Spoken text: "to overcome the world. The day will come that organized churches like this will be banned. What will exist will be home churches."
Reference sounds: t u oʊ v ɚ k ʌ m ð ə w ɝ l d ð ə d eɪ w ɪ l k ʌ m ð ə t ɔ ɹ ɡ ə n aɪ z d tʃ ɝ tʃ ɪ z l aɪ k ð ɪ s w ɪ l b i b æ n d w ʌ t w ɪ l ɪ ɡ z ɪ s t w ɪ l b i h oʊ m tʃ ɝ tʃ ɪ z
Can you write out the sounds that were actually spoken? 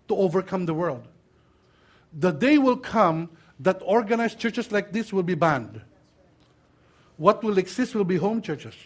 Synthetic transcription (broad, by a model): t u oʊ v ɚ k ʌ m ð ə w ɝ l d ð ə d eɪ w ɪ l k ʌ m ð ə t ɔ ɹ ɡ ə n aɪ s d tʃ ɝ tʃ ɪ s l aɪ k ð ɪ s w ɪ l b i b æ n d w ʌ t w ɪ l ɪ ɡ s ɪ s t w ɪ l b i h oʊ m tʃ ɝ tʃ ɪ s